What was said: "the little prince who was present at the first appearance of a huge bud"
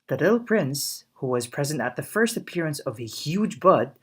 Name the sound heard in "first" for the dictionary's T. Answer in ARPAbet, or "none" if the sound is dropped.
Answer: T